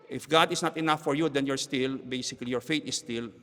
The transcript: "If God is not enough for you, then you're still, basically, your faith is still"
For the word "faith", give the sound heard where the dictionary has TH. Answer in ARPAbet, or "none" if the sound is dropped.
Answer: T